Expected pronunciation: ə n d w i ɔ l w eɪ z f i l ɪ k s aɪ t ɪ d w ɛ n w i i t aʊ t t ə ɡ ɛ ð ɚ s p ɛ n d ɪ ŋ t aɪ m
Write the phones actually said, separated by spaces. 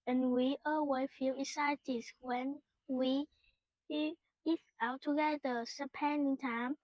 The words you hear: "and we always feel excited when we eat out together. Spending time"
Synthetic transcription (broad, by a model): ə n w i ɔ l w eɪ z f i l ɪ s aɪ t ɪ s w ɛ n w i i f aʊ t t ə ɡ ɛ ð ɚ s p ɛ n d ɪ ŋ t aɪ m